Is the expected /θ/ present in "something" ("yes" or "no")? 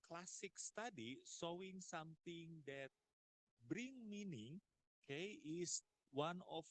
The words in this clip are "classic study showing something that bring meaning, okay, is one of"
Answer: no